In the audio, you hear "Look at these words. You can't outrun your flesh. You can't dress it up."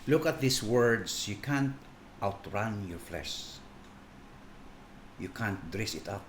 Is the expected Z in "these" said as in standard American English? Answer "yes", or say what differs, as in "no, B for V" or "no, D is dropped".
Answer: no, S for Z